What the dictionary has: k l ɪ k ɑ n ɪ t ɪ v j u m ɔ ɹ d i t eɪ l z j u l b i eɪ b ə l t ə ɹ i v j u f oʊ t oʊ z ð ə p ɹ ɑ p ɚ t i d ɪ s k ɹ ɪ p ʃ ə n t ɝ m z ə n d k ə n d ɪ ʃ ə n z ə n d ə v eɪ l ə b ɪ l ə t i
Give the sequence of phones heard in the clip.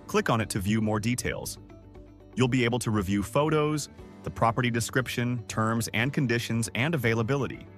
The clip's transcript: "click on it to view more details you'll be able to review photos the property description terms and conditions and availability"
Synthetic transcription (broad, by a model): k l ɪ k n ɪ t ɪ v j u m ɔ ɹ d i t eɪ l z j u l b i eɪ b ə l t ə ɹ i v j u f oʊ t oʊ z ð ə p ɹ ɑ p ɚ t i d ɪ s k ɹ ɪ p ʃ ə n t ɝ m z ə n k ə n d ɪ ʃ ə n z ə n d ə v eɪ l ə b ɪ l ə t i